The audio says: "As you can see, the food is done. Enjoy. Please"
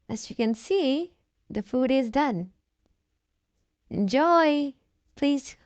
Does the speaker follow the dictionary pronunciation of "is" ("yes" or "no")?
yes